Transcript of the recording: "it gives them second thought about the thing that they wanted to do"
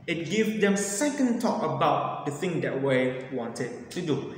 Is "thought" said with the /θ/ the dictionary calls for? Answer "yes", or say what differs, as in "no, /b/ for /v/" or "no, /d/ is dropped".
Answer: no, /t/ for /θ/